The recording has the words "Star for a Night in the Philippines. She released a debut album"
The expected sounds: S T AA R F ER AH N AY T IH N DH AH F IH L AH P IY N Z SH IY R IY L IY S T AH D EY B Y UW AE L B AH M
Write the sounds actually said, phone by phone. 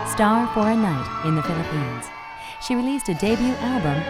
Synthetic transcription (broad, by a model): S T AA R F ER AH N AY T IH N DH AH F IH L AH P IY N Z SH IY R IY L IY S T AH D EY B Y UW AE L B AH M